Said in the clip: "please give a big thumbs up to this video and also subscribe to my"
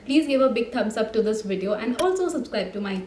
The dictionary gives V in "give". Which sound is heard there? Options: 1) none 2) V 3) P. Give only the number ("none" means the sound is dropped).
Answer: 2